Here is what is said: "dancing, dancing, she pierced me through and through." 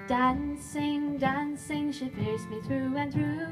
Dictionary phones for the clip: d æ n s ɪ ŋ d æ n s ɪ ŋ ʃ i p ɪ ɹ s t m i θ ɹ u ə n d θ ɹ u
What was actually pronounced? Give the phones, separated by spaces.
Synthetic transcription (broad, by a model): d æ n s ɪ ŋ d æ n s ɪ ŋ ʃ i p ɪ ɹ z m i θ ɹ u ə n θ ɹ u